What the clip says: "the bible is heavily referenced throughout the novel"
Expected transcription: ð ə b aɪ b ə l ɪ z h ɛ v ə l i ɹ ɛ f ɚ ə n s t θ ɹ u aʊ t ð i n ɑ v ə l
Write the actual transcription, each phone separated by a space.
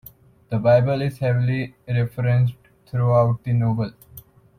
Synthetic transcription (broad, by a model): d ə b aɪ b ə l ɪ z h ɛ v ə l i ɹ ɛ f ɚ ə n s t t ɹ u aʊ t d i n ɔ b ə l